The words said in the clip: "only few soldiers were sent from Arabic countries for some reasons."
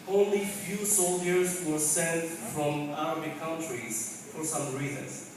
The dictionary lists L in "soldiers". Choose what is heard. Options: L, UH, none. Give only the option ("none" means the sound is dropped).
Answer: L